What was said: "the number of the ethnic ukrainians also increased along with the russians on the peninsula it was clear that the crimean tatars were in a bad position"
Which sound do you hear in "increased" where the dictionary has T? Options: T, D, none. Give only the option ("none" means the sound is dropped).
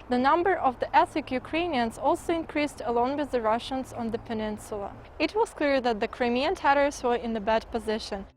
T